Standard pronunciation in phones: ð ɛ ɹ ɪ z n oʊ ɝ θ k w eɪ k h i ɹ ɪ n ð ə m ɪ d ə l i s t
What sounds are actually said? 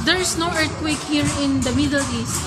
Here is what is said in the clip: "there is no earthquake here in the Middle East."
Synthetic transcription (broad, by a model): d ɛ ɹ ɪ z n oʊ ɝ t k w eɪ k h i ɹ ɪ n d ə m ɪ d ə l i s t